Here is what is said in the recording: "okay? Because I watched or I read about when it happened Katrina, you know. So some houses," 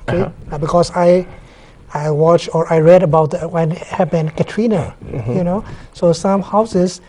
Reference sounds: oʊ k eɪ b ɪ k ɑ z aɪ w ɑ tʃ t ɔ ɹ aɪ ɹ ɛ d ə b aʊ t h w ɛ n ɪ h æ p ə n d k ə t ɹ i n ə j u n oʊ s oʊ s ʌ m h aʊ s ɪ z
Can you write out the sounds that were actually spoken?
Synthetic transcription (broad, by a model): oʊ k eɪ b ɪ k ɑ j aɪ w ɑ tʃ t ɔ ɹ aɪ ɹ ɛ d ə b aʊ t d w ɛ n h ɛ b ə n k ə t ɹ i n ə j u n oʊ s oʊ s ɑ m h aʊ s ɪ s